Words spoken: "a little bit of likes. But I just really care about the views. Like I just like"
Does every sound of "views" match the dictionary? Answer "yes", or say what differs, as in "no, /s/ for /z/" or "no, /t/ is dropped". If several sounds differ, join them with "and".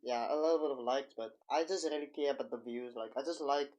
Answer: yes